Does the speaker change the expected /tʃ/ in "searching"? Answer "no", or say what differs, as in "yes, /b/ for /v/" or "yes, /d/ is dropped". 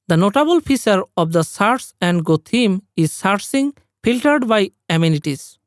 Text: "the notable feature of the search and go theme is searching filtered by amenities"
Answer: yes, /s/ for /tʃ/